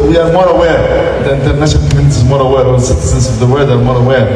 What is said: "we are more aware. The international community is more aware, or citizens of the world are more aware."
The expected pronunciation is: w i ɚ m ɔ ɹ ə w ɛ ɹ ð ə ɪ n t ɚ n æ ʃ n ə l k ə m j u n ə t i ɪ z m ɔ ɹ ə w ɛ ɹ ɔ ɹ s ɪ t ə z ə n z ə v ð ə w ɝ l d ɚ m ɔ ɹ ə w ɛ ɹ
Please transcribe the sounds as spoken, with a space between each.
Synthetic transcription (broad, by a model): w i ɚ m ɔ ɹ ə w ɛ ɹ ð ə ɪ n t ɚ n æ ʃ ə n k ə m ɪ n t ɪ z m ɔ ɹ ə w ɛ ɹ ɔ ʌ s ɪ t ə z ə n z ə v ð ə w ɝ d ɚ m ɔ ɹ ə w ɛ ɹ